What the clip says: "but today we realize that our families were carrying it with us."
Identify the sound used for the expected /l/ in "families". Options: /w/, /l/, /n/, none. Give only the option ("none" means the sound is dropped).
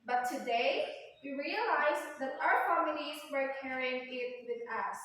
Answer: /n/